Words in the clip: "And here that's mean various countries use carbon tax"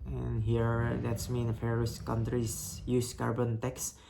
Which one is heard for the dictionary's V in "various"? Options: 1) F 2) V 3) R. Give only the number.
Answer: 1